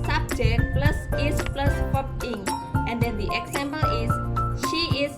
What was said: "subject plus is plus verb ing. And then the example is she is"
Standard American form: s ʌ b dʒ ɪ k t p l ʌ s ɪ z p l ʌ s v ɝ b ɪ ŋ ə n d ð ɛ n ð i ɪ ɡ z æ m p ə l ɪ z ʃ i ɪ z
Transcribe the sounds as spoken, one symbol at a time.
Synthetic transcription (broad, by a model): s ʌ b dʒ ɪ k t p l ʌ s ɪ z p l ʌ s p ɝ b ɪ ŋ ə n d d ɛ n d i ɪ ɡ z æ m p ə l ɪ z ʃ i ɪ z